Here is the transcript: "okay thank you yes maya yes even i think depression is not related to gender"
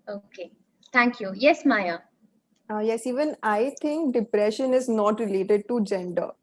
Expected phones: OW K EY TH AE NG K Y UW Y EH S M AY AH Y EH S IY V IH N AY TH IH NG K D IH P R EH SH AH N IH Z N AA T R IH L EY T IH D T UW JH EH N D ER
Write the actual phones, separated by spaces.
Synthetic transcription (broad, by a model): OW K EY T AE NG K Y UW Y EH S M AY AH Y EH S IY V IH N AY T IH NG K D IH P R EH SH AH N IH Z N AA T R IH L EY T IH D T UW JH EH N D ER